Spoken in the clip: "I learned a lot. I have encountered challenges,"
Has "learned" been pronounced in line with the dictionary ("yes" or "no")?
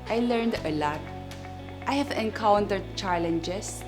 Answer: yes